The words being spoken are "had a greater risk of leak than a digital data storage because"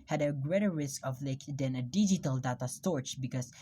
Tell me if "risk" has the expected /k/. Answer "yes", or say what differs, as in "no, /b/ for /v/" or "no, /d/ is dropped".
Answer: yes